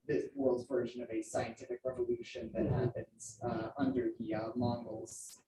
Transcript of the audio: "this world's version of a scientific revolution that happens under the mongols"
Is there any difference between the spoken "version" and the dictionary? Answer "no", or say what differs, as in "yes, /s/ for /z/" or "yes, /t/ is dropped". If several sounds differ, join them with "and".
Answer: no